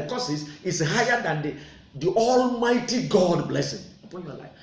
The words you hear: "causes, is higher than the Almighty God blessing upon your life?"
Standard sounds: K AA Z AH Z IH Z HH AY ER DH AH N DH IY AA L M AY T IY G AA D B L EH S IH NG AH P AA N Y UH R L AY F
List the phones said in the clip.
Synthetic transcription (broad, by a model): K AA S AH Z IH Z HH AY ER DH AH N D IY AA L M AY T IY G AA D B L EH S IH NG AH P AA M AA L AY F